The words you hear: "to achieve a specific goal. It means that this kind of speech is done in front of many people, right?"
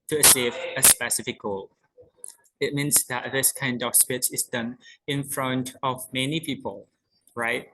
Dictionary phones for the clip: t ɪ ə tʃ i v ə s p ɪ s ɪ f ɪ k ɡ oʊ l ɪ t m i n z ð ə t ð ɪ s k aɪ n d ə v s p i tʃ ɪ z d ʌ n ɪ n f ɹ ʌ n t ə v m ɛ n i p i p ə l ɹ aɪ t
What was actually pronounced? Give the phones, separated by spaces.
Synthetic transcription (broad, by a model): t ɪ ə s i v ə s p ɪ s ɪ f ɪ k ɡ oʊ l ɪ t m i n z ð ə t ð ɪ s k aɪ n d ə v s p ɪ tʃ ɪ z d ʌ n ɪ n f ɹ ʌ n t ə v m ɛ n i p i p ə l ɹ aɪ t